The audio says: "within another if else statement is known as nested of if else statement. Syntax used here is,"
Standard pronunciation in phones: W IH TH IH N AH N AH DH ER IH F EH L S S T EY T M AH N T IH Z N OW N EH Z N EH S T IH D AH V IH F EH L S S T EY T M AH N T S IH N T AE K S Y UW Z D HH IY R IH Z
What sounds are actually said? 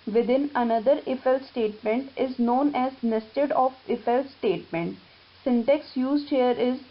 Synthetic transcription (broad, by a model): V IH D IH N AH N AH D ER IH F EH L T S T EY T M AH N T IH Z N OW N EH Z N EH S T IH D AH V IH F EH L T S T EY T M AH N T S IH N T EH K S Y UW Z D HH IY R IH Z